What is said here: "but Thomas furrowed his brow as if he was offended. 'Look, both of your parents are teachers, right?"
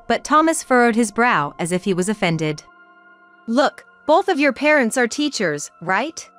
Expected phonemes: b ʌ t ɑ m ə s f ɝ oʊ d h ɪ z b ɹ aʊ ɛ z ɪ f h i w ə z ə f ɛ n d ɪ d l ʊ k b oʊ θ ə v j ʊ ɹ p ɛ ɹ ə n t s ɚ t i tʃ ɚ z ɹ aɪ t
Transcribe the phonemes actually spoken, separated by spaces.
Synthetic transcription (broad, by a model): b ʌ t ɑ m ə s f ɝ oʊ d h ɪ z b ɹ aʊ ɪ z ɪ f h i w ə z ə f ɛ n d ɪ d l ʊ k b oʊ θ ə v j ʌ ɹ p ɛ ɹ ə n t s ɚ t i tʃ ɚ z ɹ aɪ t